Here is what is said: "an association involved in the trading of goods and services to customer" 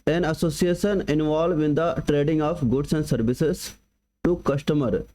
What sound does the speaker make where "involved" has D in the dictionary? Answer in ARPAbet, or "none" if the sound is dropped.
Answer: none